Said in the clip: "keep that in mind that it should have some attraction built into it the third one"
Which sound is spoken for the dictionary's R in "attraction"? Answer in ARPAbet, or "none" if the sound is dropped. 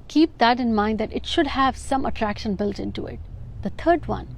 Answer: R